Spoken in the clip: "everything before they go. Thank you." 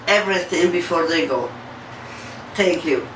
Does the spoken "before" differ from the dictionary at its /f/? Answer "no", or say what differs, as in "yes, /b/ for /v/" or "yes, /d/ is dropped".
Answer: no